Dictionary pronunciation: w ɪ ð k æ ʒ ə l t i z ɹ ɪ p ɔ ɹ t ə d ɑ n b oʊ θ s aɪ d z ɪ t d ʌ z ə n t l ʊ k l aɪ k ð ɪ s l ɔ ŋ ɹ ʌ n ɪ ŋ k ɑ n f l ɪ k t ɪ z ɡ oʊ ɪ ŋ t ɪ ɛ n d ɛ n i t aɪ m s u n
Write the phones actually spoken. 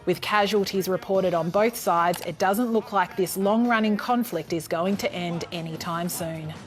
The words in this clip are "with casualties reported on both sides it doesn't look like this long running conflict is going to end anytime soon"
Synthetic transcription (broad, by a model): w ɪ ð k æ ʒ ə l t i z ɹ ɪ p ɔ ɹ t ə d n b oʊ θ s aɪ d z ɪ t d ʌ z ə n t l ʊ k l aɪ k ð ɪ s l ɔ ŋ ɹ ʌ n ɪ ŋ k ɑ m f l ɪ k t ɪ z ɡ oʊ ɪ ŋ t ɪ ɛ n d ɛ n i t aɪ m s u n